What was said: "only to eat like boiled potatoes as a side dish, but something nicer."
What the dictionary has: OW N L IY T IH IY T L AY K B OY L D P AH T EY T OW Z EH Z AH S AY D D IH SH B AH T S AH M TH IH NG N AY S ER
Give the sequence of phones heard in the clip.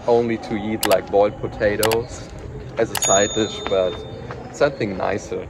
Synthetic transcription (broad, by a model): OW N L IY T IH IY T L AY K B OY L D P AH T EY T OW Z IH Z AH S AY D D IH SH B AH T S AH M TH IH NG N AY S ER